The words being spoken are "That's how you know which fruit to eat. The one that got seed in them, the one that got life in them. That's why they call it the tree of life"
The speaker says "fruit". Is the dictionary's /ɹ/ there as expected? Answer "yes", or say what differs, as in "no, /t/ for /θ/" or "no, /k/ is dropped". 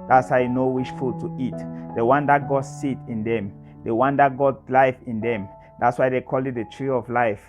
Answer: no, /ɹ/ is dropped